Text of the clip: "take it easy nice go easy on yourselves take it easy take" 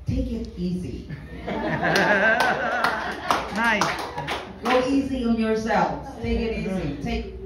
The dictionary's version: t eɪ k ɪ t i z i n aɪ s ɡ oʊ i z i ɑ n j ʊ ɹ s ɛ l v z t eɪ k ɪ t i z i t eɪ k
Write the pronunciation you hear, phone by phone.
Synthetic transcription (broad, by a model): t eɪ k ɪ t i z i n aɪ s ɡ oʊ i z i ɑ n j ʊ ɹ s ɛ l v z t eɪ k ɪ t i z i t eɪ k